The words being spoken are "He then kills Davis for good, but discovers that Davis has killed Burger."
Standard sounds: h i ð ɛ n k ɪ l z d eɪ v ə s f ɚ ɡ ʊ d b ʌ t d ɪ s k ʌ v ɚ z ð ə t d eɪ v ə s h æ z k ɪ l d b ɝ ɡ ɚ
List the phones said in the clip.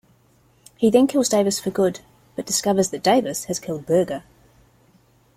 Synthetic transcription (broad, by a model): h i ð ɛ n k ɪ l z d eɪ v ə s f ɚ ɡ ʊ d b ʌ t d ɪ s k ʌ v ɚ z ð ə t d eɪ v ə s h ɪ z k ɪ l d b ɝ ɡ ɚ